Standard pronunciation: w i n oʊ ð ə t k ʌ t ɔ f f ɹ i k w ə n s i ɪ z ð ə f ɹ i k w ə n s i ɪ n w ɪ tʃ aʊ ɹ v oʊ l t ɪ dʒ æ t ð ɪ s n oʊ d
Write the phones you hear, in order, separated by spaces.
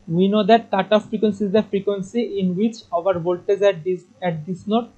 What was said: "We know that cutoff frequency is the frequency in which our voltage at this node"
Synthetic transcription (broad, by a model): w i n oʊ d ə t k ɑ t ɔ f f ɹ i k w ə n s i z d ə f ɹ i k w ə n s i ɪ n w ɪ tʃ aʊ ɹ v oʊ l t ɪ z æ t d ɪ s n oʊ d